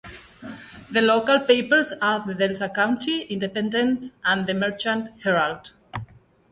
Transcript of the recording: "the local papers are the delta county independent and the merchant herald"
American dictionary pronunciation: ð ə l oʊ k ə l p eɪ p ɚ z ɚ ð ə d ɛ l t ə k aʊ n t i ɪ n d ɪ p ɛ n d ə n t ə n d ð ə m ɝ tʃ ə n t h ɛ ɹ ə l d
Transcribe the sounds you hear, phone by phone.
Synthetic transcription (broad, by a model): ð ə l oʊ k ə l p eɪ p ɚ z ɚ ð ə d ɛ l s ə k aʊ n t i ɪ n d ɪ p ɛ n d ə n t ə n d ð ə m ɝ tʃ ə n t h ɛ ɹ ə l d